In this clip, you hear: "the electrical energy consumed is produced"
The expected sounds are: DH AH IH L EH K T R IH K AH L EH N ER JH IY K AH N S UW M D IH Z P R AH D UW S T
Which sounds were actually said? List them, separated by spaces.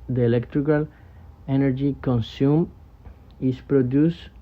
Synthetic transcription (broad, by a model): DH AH IH L EH K T R IH K AH L EH N ER JH IY K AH N S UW M IH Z P R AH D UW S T